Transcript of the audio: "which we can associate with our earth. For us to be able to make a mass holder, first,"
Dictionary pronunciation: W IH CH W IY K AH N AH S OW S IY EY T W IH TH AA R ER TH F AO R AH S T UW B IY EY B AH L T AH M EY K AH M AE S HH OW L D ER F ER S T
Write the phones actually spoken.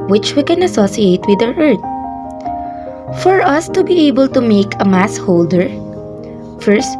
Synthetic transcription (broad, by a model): W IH CH W IY K AH N AH S OW S IY EY T W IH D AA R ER T F AO R AH S T UW B IY EY B AH L T AH M EY K AH M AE S HH OW L D ER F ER S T